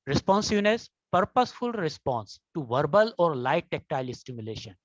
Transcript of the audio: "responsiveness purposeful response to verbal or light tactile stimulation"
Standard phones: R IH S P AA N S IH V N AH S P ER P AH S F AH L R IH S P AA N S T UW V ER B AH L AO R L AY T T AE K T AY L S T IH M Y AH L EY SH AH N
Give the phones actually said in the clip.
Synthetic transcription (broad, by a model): R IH S P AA N S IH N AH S P ER P AH S F AH L R IH S P AA N S T UW V ER B AH L AO R L AY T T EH K T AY L S T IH M Y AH L EY SH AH N